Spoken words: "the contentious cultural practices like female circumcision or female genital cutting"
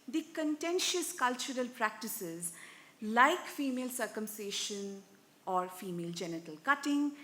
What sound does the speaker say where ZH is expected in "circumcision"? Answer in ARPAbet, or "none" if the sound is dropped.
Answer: SH